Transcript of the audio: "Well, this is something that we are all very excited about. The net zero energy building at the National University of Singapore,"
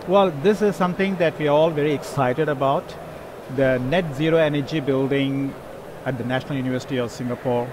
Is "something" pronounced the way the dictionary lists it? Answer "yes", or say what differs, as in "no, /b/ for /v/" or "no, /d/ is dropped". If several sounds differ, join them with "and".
no, /t/ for /θ/